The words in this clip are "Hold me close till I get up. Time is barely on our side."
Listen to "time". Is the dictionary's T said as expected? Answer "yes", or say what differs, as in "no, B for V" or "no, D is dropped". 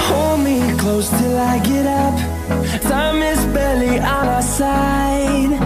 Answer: no, S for T